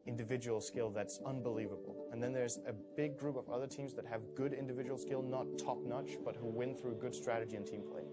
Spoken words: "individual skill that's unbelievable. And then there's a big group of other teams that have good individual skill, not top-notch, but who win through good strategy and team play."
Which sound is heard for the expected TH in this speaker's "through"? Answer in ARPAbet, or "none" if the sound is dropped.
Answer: TH